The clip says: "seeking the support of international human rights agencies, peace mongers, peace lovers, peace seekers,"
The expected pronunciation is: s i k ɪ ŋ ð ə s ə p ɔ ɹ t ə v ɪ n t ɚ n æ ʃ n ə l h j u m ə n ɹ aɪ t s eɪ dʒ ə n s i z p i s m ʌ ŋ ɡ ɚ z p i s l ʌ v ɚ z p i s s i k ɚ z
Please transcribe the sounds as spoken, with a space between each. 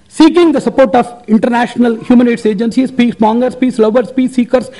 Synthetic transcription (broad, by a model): s i k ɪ ŋ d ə s ə p ɔ ɹ t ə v ɪ n t ɚ n æ ʃ n ə l h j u m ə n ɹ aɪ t s eɪ dʒ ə n s i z p i s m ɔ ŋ ɡ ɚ s p i s l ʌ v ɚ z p i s s i k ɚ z